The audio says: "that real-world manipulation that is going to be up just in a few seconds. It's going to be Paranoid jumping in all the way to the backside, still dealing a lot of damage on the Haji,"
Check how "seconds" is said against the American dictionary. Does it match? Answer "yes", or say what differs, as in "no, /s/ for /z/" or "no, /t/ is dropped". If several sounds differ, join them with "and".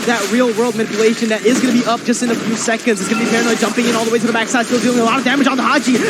yes